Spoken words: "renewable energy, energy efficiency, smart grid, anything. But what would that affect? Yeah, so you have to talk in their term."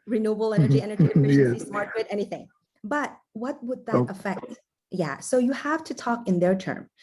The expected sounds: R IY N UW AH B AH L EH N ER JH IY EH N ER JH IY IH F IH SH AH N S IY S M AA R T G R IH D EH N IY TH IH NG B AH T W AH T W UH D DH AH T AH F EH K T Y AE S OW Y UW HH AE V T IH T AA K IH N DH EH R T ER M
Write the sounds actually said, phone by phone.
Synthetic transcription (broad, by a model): R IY N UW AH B L EH N ER JH IY EH N ER JH IY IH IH AH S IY S M AA R T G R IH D EH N IY TH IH NG B AH T W AH T W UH D DH AH T AH F EH K T Y AE S OW Y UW HH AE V T IH T AA K IH N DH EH R T ER M